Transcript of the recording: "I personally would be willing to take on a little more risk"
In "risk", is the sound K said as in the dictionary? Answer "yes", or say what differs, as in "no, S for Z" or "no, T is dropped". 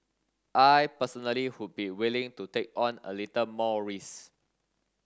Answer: no, K is dropped